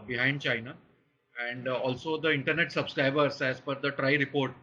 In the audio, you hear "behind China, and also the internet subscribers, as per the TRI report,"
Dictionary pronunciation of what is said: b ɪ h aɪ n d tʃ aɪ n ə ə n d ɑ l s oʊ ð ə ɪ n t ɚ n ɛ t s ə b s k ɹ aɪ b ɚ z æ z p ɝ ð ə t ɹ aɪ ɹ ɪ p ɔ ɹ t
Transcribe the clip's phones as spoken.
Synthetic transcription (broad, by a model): b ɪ h aɪ n d tʃ aɪ n ə ə n d ɑ l s oʊ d ə ɪ n t ɚ n ɛ t s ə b s k ɹ aɪ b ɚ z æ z f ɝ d ə t ɹ aɪ ɹ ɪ p ɔ ɹ t